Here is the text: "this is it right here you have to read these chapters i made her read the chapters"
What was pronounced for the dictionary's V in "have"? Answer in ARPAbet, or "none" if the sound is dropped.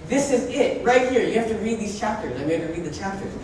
F